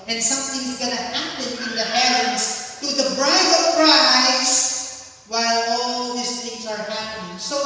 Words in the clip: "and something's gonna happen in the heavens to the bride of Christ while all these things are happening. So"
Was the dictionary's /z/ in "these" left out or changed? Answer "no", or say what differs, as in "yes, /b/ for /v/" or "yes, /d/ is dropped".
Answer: yes, /s/ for /z/